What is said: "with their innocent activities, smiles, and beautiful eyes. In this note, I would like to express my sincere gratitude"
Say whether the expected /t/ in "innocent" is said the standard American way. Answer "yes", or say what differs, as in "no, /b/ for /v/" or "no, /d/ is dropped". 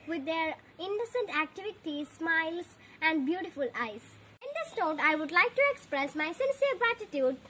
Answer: yes